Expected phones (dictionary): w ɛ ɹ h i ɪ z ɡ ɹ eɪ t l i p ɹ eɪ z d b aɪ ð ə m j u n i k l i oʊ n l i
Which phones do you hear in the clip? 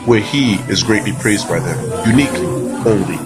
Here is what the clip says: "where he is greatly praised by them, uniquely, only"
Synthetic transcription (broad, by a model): w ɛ ɹ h i ɪ z ɡ ɹ eɪ t l i p ɹ eɪ z d b aɪ ð ə m j u n i k l i oʊ n l i